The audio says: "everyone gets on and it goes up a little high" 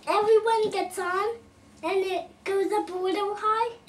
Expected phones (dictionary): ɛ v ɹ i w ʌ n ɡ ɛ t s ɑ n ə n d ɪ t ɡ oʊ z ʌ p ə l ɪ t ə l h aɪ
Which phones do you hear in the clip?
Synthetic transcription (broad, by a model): ɛ v ɹ i w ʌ n ɡ ɛ t s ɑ n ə n ɪ t ɡ oʊ z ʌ b ə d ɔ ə h aɪ